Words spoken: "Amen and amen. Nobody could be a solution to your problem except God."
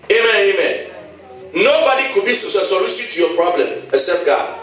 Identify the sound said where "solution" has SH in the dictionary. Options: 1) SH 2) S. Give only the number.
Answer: 2